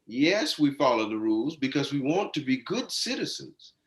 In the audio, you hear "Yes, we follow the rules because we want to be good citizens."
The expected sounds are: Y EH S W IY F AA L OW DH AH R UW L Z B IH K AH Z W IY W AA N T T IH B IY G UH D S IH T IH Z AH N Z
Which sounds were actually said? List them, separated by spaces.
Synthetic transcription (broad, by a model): Y EH S W IY F AA L OW DH AH R UW L Z B IH K AH Z W IY W AA N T T IH B IY G UH D S IH T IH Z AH N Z